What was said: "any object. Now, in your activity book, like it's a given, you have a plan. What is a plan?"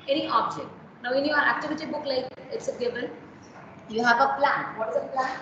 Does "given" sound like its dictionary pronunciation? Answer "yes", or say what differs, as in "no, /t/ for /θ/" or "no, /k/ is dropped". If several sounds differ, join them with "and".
no, /b/ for /v/